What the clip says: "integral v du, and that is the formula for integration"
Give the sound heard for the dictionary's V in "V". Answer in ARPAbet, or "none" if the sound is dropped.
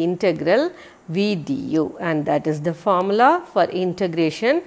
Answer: V